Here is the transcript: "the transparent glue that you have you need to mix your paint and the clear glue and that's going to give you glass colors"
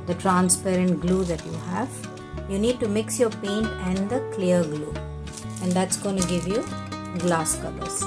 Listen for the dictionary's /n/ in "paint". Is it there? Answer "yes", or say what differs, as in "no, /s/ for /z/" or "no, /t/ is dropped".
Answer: yes